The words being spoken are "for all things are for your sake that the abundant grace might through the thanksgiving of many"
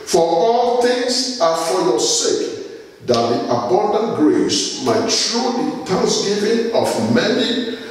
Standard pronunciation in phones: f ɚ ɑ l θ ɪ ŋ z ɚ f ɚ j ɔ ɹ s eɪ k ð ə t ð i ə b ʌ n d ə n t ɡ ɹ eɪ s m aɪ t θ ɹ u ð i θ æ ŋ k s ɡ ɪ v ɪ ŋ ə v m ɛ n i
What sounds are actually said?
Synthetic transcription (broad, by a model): f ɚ ɑ l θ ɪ ŋ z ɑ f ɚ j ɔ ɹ s eɪ k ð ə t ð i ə b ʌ n d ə n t ɡ ɹ eɪ s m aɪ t t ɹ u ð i t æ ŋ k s ɡ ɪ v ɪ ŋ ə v m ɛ n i